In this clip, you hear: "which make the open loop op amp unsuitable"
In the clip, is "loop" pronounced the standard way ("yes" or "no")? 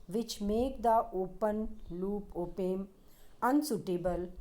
yes